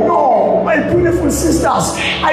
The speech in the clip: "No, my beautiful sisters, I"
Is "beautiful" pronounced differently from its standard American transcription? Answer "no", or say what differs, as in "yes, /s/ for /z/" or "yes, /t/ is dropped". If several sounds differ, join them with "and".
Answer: yes, /n/ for /l/